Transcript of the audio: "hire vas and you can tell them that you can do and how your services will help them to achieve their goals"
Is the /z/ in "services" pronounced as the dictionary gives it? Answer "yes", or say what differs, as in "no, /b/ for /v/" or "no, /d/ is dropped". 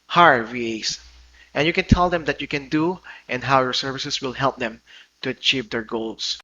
no, /s/ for /z/